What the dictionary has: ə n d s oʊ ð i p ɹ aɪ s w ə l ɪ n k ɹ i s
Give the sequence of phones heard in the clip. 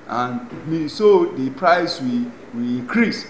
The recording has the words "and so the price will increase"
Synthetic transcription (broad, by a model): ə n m s oʊ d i p ɹ aɪ s w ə w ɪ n k ɹ i s